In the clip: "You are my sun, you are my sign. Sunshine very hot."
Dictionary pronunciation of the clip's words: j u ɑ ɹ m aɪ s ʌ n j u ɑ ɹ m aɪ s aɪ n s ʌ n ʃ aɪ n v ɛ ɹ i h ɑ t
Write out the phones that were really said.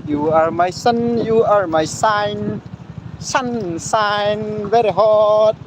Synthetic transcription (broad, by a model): j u ɑ ɹ m aɪ s ʌ n j u ɑ ɹ m aɪ s aɪ n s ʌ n s aɪ n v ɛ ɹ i h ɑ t